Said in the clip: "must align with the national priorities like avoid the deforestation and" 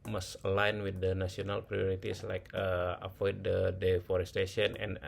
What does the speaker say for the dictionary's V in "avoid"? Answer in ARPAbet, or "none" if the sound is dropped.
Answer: P